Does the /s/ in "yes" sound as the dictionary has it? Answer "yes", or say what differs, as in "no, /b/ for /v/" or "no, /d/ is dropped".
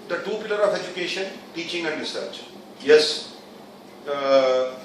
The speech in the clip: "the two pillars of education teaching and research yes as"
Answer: yes